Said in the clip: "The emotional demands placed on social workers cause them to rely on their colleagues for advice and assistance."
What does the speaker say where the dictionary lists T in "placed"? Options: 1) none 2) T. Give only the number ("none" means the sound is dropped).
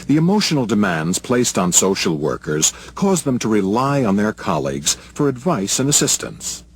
2